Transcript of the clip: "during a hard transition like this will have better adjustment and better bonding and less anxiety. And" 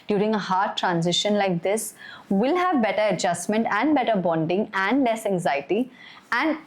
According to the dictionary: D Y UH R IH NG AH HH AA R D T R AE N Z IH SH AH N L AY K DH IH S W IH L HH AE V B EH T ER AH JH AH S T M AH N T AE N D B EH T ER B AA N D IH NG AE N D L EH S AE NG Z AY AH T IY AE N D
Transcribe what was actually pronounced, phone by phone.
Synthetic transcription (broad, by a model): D Y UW R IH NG AH HH AA R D T R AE N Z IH SH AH N L AY K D IH S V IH L HH AE V B EH T ER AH JH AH S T M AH N T AE N D B EH T ER B AA N D IH NG AE N D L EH S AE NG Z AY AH T IY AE N D